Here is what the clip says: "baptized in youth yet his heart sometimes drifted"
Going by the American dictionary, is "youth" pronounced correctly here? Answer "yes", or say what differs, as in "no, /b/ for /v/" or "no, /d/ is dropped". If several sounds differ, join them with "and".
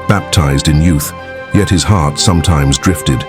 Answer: yes